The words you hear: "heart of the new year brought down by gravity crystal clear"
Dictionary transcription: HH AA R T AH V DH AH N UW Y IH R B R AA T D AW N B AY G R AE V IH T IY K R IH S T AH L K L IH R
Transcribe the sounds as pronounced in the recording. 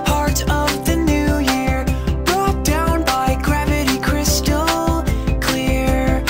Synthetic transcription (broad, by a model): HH AA R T AH V DH AH N UW Y IH R B R AA T D AW N B AY G R AE V IH T IY K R IH S T L K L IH R